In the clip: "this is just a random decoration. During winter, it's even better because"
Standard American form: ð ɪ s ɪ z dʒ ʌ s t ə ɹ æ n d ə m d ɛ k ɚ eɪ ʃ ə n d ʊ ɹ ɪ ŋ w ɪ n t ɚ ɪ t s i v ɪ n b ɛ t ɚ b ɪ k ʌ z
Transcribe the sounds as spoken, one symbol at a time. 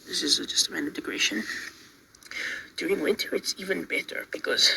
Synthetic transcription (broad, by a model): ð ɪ s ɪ z dʒ ʌ s t ə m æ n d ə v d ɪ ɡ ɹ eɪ ʃ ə n d ʊ ɹ ɪ ŋ w ɪ n t ɚ ɪ t s i v ɪ n b ɛ t ɚ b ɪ k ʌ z